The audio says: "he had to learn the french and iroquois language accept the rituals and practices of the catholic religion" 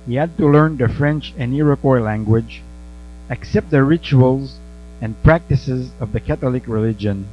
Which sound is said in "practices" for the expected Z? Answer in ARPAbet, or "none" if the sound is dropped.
Z